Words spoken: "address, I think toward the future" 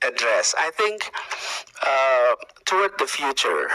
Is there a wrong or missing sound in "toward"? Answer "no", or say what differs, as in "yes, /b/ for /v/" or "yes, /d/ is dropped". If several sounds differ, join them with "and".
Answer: yes, /w/ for /ɹ/